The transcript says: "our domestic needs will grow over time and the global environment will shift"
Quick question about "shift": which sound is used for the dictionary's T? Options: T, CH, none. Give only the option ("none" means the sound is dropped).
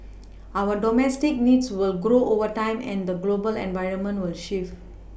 none